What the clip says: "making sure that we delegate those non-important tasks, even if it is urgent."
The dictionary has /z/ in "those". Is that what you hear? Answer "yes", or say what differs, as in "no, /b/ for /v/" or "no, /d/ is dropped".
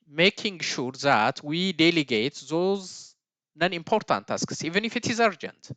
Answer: yes